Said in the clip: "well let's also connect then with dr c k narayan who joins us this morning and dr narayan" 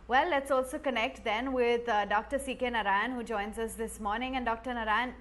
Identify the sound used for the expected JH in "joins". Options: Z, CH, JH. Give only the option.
JH